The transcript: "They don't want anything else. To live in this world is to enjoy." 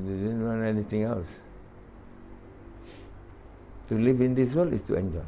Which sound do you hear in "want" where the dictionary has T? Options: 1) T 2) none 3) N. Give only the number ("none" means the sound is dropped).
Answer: 2